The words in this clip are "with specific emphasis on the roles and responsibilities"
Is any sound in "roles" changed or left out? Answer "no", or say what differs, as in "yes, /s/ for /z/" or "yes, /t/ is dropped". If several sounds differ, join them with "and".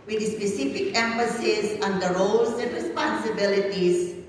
yes, /s/ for /z/